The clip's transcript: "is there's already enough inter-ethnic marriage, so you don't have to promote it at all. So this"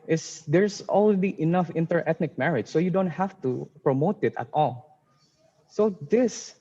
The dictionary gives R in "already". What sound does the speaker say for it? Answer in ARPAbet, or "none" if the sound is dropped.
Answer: L